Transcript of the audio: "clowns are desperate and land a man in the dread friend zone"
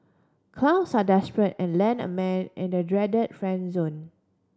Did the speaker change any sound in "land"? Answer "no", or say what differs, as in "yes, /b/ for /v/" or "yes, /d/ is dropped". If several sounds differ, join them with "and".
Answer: yes, /d/ is dropped